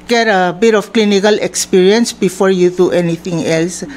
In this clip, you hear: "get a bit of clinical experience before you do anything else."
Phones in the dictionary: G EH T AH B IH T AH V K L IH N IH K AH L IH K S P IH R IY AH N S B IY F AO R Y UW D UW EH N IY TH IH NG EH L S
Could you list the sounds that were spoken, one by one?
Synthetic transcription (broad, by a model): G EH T AH B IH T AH F K L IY N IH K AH L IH K S P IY R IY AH N S B IY F AO R Y UW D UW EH N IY T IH NG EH L S